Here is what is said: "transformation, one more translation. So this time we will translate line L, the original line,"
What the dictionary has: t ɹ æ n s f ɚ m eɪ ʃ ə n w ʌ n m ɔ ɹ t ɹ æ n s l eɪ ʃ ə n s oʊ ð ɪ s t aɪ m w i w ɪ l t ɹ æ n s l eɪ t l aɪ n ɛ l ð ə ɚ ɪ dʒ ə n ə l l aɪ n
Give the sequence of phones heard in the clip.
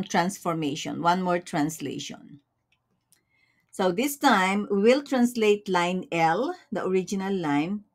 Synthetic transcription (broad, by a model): t ɹ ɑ n s f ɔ m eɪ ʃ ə n w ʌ n m ɔ ɹ t ɹ æ n s l eɪ ʃ ə n s oʊ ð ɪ s t aɪ m w i w ɪ l t ɹ æ n s l eɪ t l aɪ n ɛ l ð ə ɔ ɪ dʒ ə n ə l l aɪ n